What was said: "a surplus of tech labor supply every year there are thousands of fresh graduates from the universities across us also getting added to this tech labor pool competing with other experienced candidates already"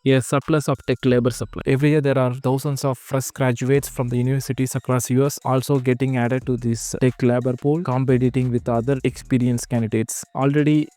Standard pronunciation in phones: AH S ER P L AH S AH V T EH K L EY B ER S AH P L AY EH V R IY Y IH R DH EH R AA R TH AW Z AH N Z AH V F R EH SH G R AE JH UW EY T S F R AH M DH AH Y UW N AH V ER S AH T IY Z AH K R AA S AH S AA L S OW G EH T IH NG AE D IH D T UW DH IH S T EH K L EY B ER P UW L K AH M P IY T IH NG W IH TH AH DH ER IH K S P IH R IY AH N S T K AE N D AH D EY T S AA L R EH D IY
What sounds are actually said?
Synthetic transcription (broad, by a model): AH S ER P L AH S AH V T EH K L EY B ER S AH P L AY EH V R IY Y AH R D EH R AA R T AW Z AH N S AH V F R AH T G R AE JH UW EY T S F R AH M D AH Y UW N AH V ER S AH T IY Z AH K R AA S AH S AA L S OW G EH T IH NG AE D IH D T UW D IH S T EH K L EY B ER P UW L K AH M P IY T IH NG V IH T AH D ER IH K S P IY R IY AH N S K AE N D AH D EY T S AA L R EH D IY